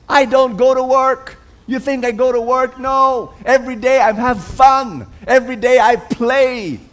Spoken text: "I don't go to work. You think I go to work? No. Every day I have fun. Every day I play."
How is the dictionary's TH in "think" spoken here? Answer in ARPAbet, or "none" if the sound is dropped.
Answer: TH